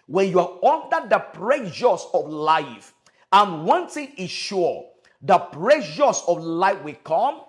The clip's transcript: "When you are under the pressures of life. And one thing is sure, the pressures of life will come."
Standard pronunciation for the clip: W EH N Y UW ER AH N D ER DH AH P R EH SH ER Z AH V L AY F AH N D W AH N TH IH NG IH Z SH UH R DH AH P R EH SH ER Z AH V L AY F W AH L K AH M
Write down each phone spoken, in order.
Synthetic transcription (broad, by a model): W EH N Y UW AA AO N D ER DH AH P R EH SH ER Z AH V L AY F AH N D W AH N T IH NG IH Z SH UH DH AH P R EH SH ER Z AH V L AY F W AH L K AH M